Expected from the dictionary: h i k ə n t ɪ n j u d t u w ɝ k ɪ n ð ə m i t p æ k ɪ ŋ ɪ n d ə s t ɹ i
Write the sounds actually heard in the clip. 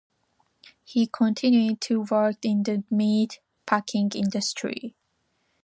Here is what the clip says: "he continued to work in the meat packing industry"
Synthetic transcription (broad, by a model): h i k ə n t ɪ n j u d t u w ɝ k ɪ n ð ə m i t p æ k ɪ ŋ ɪ n d ə s t ɹ i